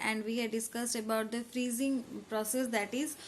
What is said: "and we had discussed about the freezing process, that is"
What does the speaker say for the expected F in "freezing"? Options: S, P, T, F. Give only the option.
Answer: F